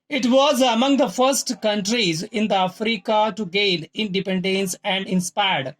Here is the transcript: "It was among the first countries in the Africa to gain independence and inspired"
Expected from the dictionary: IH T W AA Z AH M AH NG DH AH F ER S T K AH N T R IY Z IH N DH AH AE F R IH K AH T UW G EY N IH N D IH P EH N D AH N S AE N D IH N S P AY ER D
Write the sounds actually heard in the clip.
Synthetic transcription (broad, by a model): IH T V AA Z AH M AH NG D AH F ER S T K AH N T R IY Z IH N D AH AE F R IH K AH T UW G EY L IH N D IH P EH N D AH N S AE N D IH N S P AY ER D